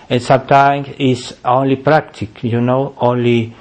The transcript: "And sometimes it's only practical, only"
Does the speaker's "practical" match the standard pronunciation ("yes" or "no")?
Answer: no